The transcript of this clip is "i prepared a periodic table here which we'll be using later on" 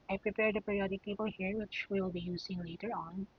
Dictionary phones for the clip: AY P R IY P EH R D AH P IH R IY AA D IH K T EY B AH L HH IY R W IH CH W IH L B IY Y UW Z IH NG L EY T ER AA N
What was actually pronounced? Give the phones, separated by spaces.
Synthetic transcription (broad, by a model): AY P R IY P EH R D AH P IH R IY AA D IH K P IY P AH L HH IY R W IH CH W IH L B IY Y UW Z IH NG L EY T ER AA N